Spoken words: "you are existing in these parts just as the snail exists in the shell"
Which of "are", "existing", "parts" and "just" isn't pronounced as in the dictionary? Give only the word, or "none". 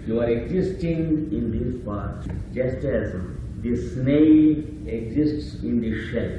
parts